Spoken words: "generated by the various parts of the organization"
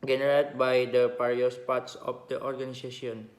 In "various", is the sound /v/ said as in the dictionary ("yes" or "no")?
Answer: no